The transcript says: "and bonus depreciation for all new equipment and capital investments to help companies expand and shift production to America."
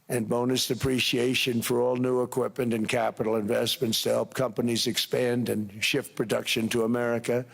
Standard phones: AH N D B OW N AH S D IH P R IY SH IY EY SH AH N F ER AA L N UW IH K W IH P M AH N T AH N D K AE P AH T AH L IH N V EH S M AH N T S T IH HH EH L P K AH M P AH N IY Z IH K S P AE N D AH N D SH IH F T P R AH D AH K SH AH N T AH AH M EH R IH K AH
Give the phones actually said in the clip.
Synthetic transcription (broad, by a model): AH N B OW N AH S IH P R IY SH IY EY SH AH N F ER AA L N UW IH K W IH P M AH N T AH N K AE P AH T L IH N V EH S M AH N T S T IH HH EH L P K AH M P AH N IY Z IH K S P AE N D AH N SH IH F T P R AH D AH K SH AH N T AH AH M EH R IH K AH